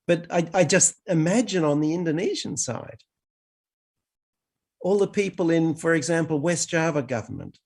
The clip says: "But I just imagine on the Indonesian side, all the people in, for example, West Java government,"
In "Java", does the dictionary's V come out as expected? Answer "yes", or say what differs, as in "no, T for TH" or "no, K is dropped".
yes